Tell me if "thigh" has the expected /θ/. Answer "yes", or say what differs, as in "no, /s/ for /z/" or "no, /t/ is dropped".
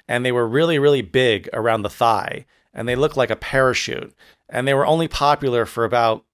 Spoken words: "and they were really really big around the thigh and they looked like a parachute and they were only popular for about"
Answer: yes